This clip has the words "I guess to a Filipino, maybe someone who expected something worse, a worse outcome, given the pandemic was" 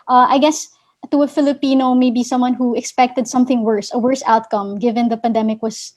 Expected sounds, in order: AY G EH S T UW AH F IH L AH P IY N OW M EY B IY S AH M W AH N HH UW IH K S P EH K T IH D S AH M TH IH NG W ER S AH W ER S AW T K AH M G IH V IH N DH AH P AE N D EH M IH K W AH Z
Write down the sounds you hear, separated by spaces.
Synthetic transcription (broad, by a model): AY G EH S T UW AH F IH L AH P IY N OW M EY B IY S AH M W AH N HH UW IH K S P EH K T IH D S AH M TH IH NG W ER S AH W ER S AW T K AH M G IH V IH N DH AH P AE N D EH M IH K W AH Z